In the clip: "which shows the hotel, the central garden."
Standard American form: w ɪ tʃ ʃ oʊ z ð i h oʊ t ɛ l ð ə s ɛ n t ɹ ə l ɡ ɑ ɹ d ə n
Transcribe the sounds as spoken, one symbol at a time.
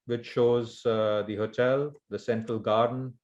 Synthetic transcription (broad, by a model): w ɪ tʃ ʃ oʊ z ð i h oʊ t ɛ l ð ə s ɛ n t ɹ ə l ɡ ɑ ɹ d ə n